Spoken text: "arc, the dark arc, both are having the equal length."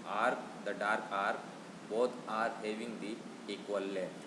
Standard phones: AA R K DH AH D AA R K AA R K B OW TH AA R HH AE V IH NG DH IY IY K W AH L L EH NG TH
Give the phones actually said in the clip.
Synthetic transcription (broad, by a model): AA R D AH D AA R K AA R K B OW T AA R HH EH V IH NG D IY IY K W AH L L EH